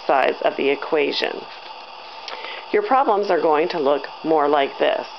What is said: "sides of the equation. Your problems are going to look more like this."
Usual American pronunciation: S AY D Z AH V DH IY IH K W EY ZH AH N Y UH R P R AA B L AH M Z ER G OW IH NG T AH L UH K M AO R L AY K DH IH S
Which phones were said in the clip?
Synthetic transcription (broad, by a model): S AY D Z AH V DH IY IH K W EY ZH AH N Y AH R P R AA B L AH M Z ER G OW IH NG T AH L UH K M AO R L AY K DH IH S